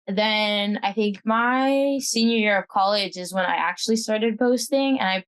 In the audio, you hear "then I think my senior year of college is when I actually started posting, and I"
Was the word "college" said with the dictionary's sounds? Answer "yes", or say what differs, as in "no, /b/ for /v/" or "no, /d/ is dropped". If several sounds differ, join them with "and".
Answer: yes